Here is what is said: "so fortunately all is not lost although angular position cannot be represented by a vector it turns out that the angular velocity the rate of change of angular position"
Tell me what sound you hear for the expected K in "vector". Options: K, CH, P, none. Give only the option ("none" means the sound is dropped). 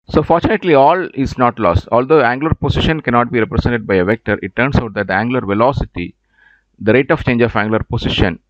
K